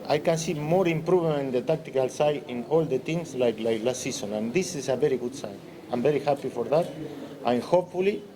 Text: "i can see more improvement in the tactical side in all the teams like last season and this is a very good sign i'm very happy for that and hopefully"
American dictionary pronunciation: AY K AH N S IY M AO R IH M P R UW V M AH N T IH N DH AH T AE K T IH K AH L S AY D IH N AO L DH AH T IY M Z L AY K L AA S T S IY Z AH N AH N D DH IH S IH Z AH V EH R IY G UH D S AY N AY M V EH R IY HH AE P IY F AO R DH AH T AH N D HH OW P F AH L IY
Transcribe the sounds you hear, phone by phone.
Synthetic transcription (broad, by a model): AY K AH N S IY M AO R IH M P R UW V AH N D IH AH T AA K T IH K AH L S AY IH N AO L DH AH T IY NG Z L AY K L AA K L S IY S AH N AH N D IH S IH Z AH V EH R IY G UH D S AY N AY M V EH R IY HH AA P IY F AO R DH AH T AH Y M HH OW P F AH L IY